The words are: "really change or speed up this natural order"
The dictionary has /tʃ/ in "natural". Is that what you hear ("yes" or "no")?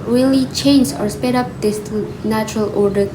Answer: yes